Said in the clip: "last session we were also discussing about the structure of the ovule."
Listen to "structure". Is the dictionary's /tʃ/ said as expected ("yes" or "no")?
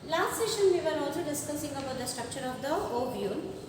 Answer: no